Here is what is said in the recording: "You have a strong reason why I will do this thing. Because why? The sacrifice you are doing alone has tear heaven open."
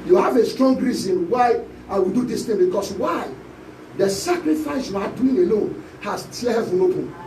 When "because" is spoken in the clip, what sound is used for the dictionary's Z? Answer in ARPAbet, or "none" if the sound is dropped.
S